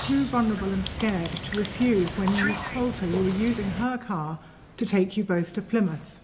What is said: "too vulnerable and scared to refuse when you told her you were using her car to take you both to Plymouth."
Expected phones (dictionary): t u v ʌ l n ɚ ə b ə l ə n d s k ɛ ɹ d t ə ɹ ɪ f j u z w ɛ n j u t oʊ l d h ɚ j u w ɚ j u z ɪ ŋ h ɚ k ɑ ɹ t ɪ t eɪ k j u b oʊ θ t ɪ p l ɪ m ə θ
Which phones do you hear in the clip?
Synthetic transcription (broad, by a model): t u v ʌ n ɚ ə b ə l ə n s k ɛ ɹ d t ə ɹ ɪ f j u z w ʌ n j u t oʊ l d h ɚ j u w ɚ j u z ɪ ŋ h ɚ k ɑ ɹ t ɪ t eɪ k j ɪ b oʊ θ t ɪ p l ɪ m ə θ